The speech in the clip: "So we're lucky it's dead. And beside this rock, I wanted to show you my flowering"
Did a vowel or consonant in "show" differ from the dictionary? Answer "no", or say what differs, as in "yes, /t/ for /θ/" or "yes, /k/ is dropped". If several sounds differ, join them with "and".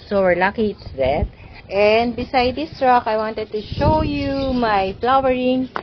no